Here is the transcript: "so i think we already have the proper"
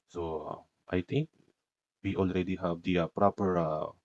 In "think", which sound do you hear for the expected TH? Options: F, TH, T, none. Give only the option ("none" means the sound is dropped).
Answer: T